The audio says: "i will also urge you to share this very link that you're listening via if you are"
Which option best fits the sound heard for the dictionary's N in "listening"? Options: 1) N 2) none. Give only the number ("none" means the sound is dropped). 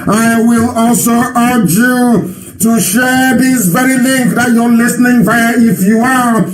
1